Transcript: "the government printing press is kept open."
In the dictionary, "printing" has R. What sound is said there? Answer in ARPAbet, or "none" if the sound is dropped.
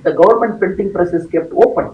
none